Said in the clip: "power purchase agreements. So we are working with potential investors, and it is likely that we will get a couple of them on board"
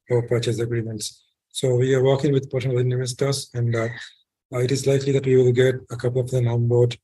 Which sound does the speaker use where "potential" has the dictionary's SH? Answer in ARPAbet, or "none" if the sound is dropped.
none